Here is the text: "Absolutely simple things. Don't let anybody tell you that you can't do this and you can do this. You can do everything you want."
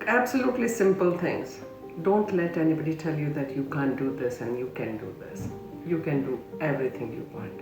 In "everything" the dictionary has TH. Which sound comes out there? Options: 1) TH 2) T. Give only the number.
2